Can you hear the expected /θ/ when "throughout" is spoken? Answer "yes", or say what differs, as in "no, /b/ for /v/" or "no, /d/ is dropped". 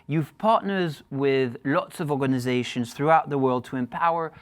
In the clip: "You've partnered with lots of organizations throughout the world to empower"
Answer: yes